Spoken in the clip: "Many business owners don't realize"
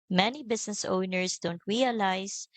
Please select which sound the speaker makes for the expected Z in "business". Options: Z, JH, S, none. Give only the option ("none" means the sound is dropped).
S